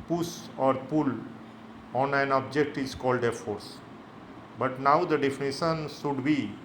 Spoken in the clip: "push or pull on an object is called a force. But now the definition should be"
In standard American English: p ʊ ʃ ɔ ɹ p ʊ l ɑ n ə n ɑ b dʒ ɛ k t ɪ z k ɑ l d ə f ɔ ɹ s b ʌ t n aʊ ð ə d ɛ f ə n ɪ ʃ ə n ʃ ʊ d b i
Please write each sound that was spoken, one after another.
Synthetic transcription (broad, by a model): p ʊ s ɔ ɹ p ʊ l ɑ n ə n ɑ b dʒ ɛ k t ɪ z k ɑ l d ə f ɔ ɹ s b ʌ t n aʊ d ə d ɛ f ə n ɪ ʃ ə n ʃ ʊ d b i